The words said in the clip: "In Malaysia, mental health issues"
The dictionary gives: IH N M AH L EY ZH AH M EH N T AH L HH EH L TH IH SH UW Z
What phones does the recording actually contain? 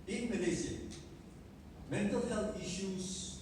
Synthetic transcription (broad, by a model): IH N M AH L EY Z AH M EH N T AH L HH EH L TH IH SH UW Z